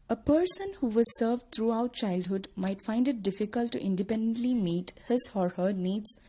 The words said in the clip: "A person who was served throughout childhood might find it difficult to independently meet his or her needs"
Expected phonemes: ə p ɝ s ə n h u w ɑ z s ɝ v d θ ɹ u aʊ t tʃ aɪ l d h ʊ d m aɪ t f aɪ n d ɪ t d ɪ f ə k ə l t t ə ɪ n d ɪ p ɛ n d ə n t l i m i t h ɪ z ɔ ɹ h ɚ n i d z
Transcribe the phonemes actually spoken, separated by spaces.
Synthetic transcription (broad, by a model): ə p ɝ s ə n h u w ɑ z s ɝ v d t ɹ u aʊ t tʃ aɪ l d h ʊ d m aɪ t f aɪ n d ɪ t d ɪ f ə k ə l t t ɪ n d ɪ p ɛ n d ə n t l i m i t h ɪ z ɔ ɹ h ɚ n i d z